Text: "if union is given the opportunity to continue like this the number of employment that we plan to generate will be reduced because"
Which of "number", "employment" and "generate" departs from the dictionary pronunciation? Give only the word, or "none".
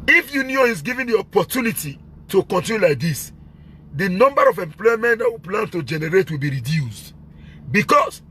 none